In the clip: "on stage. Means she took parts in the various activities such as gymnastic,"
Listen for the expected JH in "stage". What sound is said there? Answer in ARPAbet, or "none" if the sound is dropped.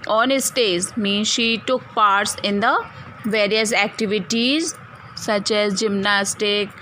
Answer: Z